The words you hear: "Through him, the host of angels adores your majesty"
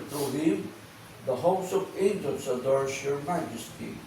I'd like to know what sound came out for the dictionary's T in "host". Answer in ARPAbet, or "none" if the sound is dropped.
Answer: none